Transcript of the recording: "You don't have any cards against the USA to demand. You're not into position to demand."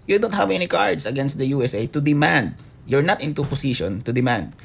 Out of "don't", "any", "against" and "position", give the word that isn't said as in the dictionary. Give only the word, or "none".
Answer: position